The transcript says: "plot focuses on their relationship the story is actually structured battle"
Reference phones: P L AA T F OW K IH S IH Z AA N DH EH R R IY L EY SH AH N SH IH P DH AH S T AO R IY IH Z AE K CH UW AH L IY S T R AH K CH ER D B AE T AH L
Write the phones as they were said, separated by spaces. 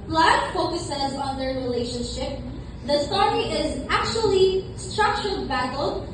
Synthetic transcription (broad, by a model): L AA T F OW K IH S IH Z AA N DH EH R R IY L EY SH AH N SH IH P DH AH S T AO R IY IH Z AE K CH UW AH L IY S T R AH K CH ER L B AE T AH L